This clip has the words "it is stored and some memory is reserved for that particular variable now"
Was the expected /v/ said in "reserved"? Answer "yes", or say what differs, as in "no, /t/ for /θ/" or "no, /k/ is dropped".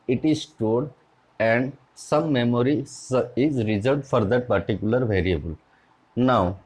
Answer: no, /v/ is dropped